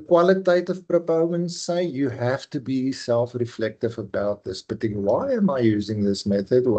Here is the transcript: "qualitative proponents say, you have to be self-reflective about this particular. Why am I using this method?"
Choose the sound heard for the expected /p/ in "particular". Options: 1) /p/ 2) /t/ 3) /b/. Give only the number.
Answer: 3